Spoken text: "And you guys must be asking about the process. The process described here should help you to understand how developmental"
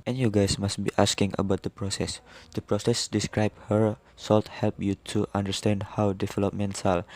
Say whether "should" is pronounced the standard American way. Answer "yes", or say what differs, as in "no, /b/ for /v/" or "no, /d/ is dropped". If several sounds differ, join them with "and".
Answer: no, /s/ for /ʃ/